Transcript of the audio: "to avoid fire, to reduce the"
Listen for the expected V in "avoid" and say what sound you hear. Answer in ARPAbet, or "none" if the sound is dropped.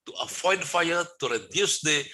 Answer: F